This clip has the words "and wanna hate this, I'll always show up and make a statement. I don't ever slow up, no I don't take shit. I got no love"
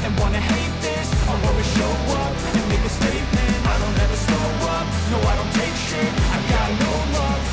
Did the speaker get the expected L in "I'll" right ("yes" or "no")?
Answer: no